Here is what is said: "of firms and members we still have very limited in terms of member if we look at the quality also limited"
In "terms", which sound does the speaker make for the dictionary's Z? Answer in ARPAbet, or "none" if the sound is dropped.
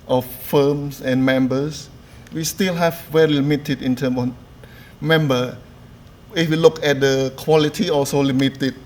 none